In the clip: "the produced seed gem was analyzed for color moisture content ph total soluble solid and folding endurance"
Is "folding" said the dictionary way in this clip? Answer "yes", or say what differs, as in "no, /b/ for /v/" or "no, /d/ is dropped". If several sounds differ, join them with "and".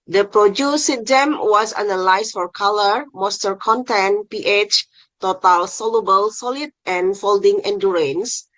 yes